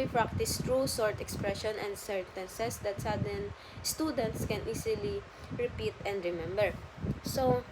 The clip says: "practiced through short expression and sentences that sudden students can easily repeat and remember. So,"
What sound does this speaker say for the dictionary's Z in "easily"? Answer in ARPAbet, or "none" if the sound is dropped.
S